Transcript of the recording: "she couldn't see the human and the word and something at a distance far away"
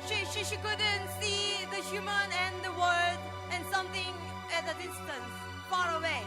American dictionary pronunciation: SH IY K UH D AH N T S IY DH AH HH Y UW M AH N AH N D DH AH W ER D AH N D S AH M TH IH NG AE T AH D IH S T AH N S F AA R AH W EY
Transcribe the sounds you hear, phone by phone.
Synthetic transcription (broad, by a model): SH IY K UH D AH N T S IY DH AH HH Y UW M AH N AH N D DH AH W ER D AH N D S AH M T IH NG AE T AH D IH S T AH N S F AA R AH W EY